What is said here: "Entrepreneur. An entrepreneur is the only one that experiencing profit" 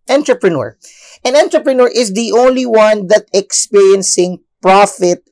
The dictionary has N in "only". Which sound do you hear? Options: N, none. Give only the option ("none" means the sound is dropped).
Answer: N